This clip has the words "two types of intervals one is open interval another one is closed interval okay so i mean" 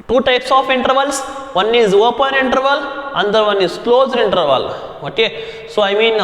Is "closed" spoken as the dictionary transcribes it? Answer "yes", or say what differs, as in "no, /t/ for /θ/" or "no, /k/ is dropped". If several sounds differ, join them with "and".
yes